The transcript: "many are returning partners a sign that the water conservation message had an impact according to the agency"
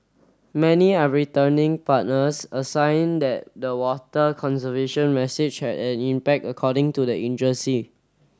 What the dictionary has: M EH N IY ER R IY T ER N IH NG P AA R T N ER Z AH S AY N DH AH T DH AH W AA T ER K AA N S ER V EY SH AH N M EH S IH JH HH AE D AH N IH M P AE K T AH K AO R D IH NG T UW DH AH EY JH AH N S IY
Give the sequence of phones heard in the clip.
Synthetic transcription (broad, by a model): M EH N IY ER R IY T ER N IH NG P AA T N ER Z AH S AY N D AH T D AH W AA T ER K AA N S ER V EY SH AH N M EH S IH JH HH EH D AH N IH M P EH K T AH K AO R D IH NG T UW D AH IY JH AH S IY